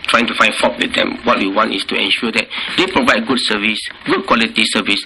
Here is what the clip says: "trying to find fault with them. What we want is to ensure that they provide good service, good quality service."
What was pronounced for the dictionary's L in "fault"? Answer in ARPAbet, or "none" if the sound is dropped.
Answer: none